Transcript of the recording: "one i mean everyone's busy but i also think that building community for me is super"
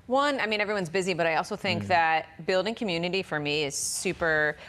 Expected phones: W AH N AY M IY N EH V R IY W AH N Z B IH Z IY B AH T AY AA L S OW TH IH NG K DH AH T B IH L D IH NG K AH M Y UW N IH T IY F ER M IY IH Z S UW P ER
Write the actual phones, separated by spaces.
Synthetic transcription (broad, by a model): W AH N AY M IY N EH V R IY W AH N Z B IH Z IY B AH T AY AA L S OW TH IH NG K DH AH T B IH L D IH NG K AH M Y UW N IH T IY F ER M IY IH Z S UW P ER